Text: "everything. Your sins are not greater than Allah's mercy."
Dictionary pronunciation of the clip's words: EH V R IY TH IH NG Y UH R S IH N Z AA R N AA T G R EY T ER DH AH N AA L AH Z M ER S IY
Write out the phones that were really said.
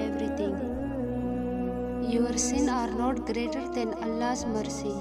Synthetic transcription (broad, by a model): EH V R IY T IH NG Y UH R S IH N AA R N AA T G R EY T ER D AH N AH L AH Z M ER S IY